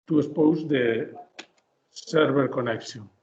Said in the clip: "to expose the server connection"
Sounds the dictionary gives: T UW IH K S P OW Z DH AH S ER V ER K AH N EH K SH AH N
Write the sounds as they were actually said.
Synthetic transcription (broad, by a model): T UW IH S P OW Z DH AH S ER B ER K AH N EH K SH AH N